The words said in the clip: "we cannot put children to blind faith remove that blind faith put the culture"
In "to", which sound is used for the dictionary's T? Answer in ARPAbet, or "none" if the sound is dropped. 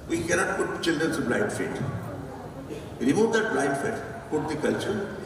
S